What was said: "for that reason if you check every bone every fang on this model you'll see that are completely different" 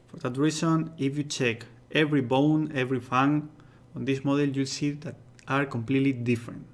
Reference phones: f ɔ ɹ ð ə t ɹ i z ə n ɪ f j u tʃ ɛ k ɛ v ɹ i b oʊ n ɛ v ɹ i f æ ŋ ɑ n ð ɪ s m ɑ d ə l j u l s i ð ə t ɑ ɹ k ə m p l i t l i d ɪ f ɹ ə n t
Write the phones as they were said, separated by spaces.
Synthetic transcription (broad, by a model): f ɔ ɹ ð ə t ɹ i s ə n ɪ f j u tʃ ɛ k ɛ v ɹ i b oʊ n ɛ v ɹ i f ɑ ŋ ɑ n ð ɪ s m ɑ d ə l j u l s i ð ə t ɑ ɹ k ə m p l i t l i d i f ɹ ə n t